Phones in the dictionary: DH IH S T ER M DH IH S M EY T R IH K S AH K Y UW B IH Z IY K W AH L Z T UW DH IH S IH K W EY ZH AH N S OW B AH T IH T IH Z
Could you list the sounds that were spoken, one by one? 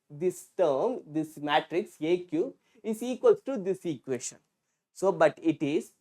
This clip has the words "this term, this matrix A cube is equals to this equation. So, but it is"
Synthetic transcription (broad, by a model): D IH S T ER M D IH S M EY T R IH K S AH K Y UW IH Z IY K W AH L T UW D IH S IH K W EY SH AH N S OW B AH T IH T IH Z